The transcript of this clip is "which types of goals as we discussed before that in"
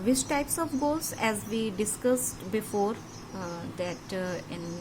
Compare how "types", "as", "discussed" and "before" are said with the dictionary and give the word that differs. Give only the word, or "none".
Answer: none